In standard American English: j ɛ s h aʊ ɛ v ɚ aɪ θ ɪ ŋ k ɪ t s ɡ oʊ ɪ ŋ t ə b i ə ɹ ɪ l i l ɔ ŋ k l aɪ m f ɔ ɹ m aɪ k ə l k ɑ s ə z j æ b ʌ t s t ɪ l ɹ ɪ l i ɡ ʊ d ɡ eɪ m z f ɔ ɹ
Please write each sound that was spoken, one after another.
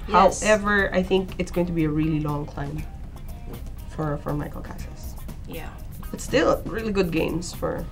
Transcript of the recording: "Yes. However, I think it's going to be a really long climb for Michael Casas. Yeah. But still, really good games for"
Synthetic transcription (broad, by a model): h aʊ ɛ v ɚ aɪ θ ɪ ŋ k ɪ t s ɡ oʊ ɪ ŋ t ə b i ə ɹ ɪ l i l ɔ ŋ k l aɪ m f ɔ ɹ m aɪ k ə l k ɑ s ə s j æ b ʌ t s t ɪ l ɹ ɪ l i ɡ ʊ d ɡ eɪ m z f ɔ ɹ